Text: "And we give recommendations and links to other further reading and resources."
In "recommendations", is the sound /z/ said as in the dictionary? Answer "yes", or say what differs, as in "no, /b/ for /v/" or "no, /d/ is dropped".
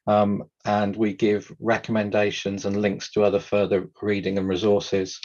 yes